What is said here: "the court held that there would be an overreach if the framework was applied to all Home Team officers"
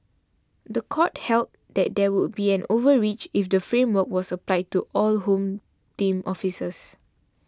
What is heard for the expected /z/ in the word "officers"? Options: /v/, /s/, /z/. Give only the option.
/s/